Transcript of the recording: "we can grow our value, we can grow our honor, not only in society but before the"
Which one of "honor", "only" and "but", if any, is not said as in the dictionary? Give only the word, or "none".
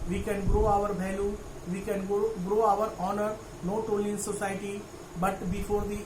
only